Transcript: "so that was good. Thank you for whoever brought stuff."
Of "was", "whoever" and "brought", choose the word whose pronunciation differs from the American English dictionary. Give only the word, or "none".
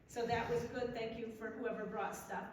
none